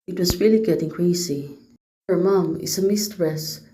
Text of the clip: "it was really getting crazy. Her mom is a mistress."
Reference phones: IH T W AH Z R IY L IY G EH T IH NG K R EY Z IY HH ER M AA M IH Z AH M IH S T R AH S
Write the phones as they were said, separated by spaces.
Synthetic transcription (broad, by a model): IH T W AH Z R IY L IY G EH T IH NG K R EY S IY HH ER M AA M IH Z AH M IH S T R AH S